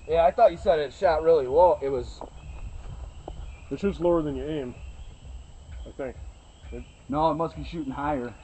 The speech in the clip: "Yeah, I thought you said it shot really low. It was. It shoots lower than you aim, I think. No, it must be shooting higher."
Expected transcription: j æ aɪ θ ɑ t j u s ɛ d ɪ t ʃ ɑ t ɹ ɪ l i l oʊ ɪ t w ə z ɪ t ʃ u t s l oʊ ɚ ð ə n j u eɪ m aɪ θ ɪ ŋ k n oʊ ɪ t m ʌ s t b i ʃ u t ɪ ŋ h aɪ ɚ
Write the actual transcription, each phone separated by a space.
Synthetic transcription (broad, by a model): j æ aɪ θ ɑ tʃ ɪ s ɛ d ɪ t ʃ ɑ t ɹ ɪ l i w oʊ ɪ t w ə z ɪ t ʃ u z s l oʊ ɚ ð ə n j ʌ eɪ m aɪ θ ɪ ŋ k n oʊ ɪ t m ʌ s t b i ʃ u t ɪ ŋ h aɪ ɚ